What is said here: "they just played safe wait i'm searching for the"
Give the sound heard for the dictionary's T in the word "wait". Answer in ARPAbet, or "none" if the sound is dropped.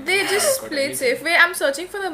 none